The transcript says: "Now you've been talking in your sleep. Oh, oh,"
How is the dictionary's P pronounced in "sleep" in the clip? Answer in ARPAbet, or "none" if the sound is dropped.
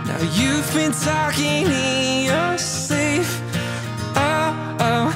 F